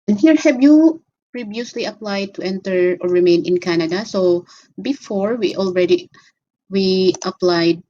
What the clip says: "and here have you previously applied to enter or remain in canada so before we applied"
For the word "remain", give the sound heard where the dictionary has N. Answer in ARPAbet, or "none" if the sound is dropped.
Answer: N